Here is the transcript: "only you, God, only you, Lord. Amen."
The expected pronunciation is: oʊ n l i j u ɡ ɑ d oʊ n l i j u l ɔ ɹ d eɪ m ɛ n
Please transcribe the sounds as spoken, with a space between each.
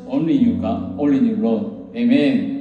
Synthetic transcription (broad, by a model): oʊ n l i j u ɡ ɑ oʊ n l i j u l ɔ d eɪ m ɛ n